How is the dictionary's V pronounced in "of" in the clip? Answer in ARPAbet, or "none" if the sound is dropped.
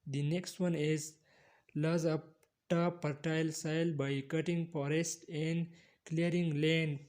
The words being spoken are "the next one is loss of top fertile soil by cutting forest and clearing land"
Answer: P